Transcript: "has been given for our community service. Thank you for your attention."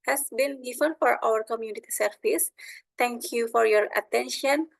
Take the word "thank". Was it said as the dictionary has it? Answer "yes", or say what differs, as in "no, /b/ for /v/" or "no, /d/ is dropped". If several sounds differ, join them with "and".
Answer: no, /t/ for /θ/